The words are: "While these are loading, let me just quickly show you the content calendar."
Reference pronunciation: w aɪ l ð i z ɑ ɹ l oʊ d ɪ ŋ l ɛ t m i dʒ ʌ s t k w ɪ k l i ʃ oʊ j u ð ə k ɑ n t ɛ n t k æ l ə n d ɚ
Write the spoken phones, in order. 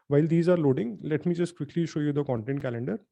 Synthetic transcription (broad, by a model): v aɪ l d i z ɑ ɹ l oʊ d ɪ ŋ l ɛ t m i dʒ ʌ s t k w ɪ k l i ʃ oʊ j u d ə k ɑ n t ɛ n t k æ l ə n d ɚ